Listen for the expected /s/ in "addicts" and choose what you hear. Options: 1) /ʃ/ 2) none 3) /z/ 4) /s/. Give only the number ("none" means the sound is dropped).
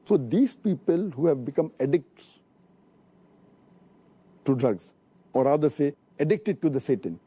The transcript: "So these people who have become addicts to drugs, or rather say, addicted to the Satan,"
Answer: 2